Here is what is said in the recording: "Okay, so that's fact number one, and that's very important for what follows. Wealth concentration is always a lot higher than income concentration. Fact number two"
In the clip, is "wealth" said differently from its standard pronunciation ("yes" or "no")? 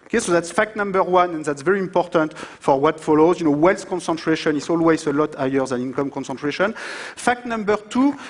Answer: yes